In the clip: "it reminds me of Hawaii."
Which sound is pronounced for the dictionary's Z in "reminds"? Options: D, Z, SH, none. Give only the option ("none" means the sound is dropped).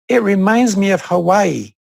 Z